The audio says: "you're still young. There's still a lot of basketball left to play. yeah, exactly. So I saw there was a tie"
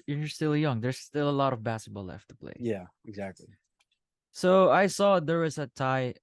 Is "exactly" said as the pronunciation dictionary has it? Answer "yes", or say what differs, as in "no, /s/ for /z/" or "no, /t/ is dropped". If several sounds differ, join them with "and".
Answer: yes